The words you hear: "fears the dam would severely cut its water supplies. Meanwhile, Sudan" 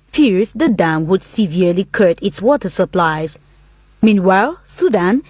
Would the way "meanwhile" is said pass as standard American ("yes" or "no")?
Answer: yes